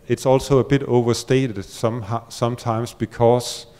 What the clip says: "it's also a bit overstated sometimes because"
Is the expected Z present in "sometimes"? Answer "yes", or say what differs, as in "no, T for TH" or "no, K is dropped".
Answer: no, S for Z